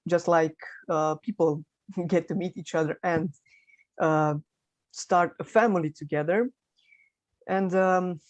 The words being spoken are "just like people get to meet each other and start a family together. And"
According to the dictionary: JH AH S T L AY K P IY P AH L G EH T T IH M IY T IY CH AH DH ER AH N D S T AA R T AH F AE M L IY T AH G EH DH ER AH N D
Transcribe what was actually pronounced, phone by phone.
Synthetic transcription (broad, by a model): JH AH S T L AY K P IY P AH L G EH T T IH M IY T IY CH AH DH ER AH N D S T AA R T AH F AE M L IY T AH G EH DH ER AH N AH